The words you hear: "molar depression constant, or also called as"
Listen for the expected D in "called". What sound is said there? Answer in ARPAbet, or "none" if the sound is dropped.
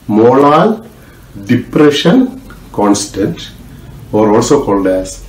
D